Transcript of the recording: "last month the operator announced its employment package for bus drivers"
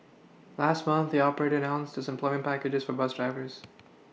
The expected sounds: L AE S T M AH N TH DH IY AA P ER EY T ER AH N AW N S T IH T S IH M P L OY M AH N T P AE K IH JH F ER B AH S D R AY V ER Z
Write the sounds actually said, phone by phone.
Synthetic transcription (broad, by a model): L AE S T M AH N TH DH IY AA P ER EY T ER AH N AW N S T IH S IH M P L OY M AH N P AE K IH JH F ER B AH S D R AY V ER Z